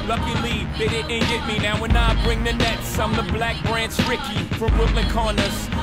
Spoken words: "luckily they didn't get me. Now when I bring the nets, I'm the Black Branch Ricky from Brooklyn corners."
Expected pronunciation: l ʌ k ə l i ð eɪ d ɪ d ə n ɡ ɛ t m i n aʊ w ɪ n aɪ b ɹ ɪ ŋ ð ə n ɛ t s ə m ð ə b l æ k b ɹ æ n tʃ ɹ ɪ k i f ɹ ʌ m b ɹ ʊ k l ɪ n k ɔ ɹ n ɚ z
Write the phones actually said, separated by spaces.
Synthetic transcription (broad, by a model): l ʌ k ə l i ð eɪ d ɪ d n ɡ ɛ t m i n aʊ w ɪ n aɪ b ɹ ɪ ŋ ð ə n ɛ t s ə m ð ə b l æ k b ɹ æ n s ɹ ɪ k i f ɹ ʌ m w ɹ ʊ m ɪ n k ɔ n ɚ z